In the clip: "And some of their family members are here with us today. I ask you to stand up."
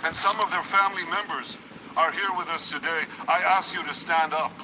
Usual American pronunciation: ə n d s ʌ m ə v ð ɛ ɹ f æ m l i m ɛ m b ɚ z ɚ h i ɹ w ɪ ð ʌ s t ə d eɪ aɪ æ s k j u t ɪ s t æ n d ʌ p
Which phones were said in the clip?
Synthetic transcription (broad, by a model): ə n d s ʌ m ə v ð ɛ ɹ f æ m l i m ɛ m b ɚ z ɚ h i ɹ w ɪ ð ʌ s t ə d eɪ aɪ æ s k j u t ɪ s t æ n d ʌ p